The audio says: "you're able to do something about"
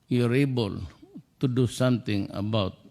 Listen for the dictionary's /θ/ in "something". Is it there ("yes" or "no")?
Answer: no